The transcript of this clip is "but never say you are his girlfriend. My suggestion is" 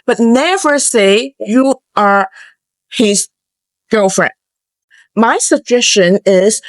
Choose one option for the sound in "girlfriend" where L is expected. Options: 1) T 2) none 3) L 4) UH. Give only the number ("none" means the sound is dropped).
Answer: 2